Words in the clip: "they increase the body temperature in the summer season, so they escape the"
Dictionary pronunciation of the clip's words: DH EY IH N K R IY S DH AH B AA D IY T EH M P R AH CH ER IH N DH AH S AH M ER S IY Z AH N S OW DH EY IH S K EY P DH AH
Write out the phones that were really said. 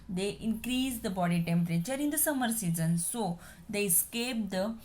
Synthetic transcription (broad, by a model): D EY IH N K R IY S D AH B AA D IY T EH M P R AH CH ER IH N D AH S AH M ER S IY Z AH N S OW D EY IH S K EY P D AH